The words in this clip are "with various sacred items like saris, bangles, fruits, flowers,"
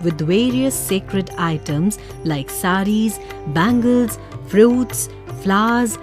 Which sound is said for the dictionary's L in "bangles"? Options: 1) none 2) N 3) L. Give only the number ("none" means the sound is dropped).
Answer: 3